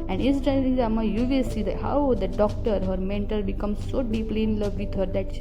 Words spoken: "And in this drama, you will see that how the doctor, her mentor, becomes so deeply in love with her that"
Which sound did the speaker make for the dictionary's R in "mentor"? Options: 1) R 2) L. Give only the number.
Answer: 2